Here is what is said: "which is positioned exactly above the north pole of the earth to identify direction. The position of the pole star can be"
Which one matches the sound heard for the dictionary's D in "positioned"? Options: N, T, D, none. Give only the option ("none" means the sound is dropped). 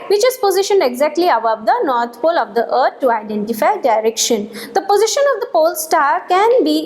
D